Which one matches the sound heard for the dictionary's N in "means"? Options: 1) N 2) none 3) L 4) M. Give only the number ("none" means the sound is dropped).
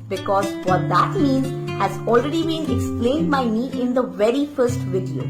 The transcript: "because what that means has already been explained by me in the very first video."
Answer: 1